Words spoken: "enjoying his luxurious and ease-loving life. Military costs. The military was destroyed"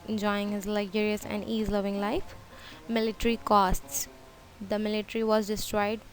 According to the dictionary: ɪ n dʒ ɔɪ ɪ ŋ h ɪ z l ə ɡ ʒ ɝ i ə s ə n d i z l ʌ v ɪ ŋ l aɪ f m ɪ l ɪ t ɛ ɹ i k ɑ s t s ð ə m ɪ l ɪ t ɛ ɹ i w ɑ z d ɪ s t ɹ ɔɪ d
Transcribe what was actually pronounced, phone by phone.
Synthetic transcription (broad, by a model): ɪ n dʒ ɔɪ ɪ ŋ h ɪ z l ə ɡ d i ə s ə n d i z l ʌ v ɪ ŋ l aɪ f m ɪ l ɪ t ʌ ɹ i k ɑ s t s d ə m ɪ l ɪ t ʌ ɹ i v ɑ z d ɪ s t ɹ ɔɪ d